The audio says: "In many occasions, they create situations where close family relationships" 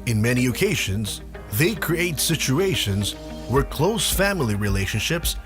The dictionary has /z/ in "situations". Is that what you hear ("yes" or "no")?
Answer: yes